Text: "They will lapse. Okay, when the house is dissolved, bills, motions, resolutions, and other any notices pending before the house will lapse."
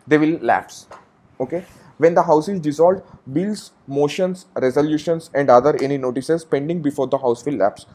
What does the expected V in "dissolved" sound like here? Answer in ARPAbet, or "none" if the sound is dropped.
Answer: none